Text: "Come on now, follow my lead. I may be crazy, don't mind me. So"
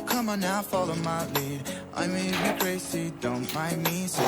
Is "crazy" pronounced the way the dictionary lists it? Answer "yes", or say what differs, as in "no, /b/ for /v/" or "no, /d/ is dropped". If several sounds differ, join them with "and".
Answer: no, /s/ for /z/